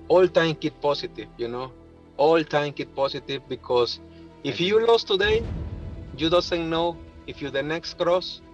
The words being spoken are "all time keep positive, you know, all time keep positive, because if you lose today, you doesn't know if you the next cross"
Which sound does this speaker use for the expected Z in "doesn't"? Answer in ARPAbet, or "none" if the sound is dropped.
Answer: S